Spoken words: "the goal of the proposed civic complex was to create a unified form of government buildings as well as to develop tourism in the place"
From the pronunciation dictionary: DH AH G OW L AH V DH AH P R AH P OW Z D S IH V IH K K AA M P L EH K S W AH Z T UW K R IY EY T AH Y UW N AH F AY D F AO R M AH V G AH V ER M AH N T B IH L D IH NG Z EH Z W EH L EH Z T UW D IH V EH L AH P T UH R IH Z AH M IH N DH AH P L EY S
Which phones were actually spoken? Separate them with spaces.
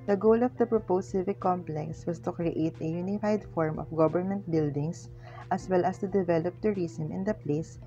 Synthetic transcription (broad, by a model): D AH G OW L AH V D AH P R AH P OW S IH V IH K K AA M P L EH K S W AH S T UW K R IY EY T AH Y UW N AH F AY D F AO R M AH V G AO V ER M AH N T B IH L D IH NG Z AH S W EH L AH S T UW D IH V EH L AH P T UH R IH S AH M IH N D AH P L EY S